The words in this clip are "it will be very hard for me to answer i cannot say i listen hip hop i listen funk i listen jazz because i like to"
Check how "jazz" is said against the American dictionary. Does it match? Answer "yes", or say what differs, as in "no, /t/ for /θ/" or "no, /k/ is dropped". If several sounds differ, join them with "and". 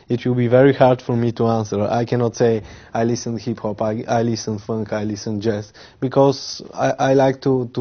no, /s/ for /z/